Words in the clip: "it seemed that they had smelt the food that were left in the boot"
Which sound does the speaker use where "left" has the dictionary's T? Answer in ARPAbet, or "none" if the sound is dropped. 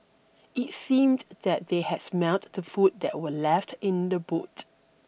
T